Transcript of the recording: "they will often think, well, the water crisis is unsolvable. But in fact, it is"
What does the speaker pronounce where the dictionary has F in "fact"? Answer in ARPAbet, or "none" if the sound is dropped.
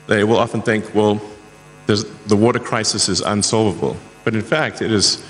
F